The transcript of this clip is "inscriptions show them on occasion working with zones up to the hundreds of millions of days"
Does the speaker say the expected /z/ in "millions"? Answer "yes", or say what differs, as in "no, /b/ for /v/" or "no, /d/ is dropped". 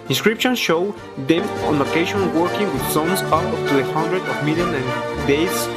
no, /z/ is dropped